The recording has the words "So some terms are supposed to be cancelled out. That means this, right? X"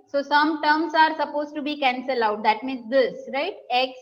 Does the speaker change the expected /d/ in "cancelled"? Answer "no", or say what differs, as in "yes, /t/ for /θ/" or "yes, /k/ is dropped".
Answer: yes, /d/ is dropped